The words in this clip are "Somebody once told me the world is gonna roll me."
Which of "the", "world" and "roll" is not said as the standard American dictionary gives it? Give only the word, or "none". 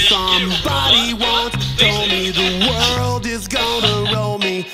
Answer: none